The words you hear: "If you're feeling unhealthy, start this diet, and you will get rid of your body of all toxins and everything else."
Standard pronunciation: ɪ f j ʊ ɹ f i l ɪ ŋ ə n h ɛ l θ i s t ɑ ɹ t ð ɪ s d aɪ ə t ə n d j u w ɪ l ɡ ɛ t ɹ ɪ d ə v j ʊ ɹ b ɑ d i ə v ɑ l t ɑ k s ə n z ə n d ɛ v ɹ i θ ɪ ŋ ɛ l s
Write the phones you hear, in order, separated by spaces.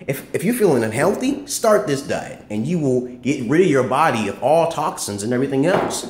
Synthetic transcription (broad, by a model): ɪ f j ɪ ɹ f i l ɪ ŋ ə n h ɛ l θ i s t ɑ ɹ t ð ɪ s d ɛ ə ə n j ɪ w ɪ l ɡ ɛ t ɹ ɪ d ə v j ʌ ɹ b ɑ d i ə f ɑ l t ɑ k s ə n z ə n ɛ v ɹ i θ ɪ ŋ ɛ l s